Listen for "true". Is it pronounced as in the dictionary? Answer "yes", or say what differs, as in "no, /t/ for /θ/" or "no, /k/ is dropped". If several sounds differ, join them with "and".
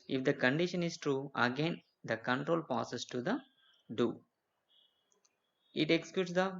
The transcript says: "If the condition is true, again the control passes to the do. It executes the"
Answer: yes